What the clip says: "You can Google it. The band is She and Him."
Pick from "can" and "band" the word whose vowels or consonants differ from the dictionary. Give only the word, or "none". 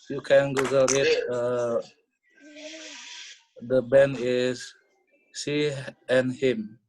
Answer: band